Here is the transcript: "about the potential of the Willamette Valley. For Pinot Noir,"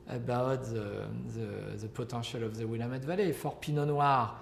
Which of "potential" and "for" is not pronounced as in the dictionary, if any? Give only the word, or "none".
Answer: potential